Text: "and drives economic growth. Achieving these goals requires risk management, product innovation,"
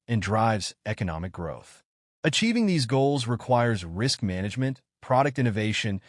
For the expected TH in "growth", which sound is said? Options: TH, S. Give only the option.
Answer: TH